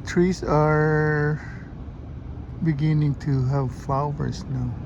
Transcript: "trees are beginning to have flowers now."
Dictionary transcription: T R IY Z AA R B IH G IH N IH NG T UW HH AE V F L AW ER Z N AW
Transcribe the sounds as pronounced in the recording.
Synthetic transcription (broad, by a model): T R IY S AA R B IH G IH N IH NG T UW HH AE V F L AW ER S N AW